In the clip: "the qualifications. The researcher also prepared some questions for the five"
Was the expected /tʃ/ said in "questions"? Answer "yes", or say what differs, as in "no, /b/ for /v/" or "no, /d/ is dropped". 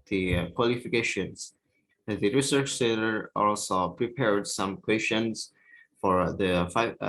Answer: no, /ʃ/ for /tʃ/